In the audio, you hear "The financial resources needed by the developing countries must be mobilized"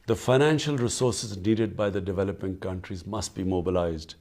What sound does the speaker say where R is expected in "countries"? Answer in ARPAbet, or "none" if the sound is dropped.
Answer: R